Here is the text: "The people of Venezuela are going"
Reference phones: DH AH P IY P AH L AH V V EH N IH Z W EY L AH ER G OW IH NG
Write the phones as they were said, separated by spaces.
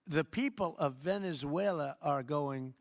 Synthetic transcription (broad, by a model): DH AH P IY P AH L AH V V EH N IH Z W EY L AH ER G OW IH NG